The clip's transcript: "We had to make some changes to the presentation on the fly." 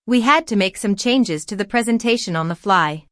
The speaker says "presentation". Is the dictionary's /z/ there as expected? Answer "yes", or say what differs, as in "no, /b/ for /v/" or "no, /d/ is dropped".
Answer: yes